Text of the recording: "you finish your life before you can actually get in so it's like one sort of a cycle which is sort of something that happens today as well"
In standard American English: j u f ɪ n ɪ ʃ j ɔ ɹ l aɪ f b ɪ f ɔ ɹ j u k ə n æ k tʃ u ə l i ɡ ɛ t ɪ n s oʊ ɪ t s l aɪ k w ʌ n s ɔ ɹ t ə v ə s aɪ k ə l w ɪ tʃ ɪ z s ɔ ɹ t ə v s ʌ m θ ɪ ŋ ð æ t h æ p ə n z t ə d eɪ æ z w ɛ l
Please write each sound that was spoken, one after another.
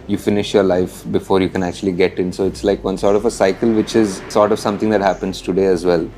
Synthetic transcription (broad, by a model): j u f ɪ n ɪ ʃ j ɔ ɹ l aɪ f b ɪ f ɔ ɹ j u k ə n æ k tʃ u ə l i ɡ ɛ t ɪ n s oʊ ɪ t s l aɪ k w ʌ n s ɔ ɹ t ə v ə s aɪ k ə l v ɪ tʃ ɪ z s ɔ ɹ t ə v s ʌ m t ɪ ŋ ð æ t h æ p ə n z t ə d eɪ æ z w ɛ l